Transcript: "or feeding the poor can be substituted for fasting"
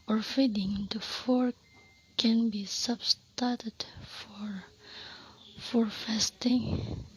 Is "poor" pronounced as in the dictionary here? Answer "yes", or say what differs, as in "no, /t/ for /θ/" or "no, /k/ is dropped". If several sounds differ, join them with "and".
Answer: no, /f/ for /p/